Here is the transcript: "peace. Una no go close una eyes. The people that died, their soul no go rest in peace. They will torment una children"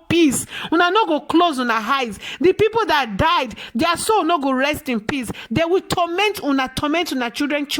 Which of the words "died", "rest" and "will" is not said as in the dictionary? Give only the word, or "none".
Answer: will